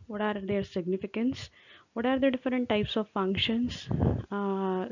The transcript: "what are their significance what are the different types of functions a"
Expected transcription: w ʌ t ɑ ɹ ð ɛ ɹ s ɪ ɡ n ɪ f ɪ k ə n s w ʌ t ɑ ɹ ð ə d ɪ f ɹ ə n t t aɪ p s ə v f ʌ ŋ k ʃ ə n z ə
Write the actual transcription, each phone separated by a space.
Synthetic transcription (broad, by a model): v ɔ t ɑ ɹ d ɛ ɹ s ɪ ɡ n ɪ f ɪ k ə n s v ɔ t ɑ ɹ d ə d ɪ f ɹ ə n t t aɪ p s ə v f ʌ ŋ k ʃ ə n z